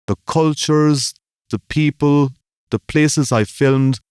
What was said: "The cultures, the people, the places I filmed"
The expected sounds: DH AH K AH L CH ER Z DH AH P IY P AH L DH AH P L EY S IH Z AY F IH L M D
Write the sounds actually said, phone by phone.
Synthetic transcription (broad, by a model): DH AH K AH L CH ER Z DH AH P IY P AH L DH AH P L EY S IH Z AY F IH L M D